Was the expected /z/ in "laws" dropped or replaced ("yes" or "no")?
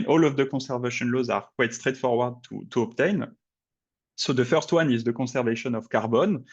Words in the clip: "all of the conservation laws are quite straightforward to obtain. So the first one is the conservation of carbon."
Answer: no